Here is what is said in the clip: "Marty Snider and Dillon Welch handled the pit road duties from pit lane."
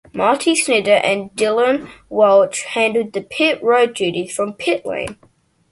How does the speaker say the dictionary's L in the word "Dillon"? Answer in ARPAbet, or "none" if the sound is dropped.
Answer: L